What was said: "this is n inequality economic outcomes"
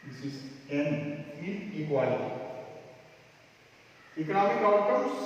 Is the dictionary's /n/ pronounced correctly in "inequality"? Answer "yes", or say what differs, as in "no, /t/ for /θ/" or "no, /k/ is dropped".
no, /n/ is dropped